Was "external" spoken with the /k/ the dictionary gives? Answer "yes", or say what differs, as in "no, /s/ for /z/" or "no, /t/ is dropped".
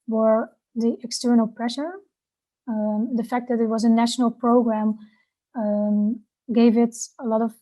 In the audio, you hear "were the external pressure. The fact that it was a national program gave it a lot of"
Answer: yes